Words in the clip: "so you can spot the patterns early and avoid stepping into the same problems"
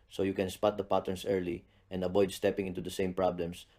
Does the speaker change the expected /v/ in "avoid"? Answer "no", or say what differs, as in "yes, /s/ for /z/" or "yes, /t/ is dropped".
yes, /b/ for /v/